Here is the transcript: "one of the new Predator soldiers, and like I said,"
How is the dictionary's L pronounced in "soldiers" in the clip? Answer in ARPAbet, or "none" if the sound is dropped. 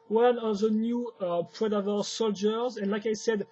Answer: L